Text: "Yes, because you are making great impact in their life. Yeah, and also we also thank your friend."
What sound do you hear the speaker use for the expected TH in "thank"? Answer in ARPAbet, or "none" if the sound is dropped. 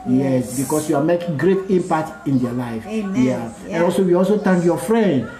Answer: T